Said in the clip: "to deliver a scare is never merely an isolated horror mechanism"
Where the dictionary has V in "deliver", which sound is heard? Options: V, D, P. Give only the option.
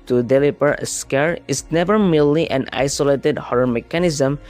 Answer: P